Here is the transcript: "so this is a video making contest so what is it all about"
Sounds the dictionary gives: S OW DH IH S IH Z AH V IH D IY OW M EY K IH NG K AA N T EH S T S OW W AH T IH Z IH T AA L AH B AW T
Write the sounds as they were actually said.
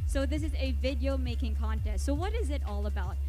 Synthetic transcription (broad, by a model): S OW DH IH S IH Z AH V IH D IY OW M EY K IH NG K AA N T EH S T S OW W AH T IH Z IH T AA L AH B AW T